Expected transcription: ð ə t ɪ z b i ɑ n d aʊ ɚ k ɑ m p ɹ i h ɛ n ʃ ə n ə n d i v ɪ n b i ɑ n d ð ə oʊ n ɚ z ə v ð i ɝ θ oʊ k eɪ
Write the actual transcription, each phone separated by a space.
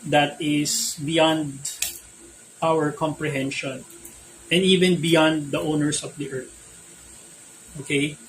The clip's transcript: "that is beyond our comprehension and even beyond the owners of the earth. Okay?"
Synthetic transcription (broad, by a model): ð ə t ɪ s b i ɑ n d aʊ ɚ k ɑ m p ɹ i h ɛ n ʃ ə n ə n d i v ɪ n b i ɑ n d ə oʊ n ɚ s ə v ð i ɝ t oʊ k eɪ